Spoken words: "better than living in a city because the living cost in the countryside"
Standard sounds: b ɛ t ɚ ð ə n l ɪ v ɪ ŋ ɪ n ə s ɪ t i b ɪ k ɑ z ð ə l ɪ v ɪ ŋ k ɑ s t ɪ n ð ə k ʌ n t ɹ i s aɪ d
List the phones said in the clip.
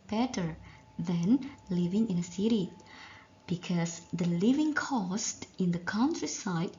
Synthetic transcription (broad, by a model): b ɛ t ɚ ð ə n l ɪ v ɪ ŋ ɪ n ə s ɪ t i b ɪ k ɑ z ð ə l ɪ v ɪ ŋ k ɑ s t ɪ n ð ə k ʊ n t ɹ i s aɪ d